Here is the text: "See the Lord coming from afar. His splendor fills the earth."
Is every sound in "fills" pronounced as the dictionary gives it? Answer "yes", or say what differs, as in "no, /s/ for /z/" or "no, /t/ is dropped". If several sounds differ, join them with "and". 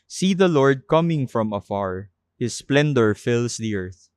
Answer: no, /s/ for /z/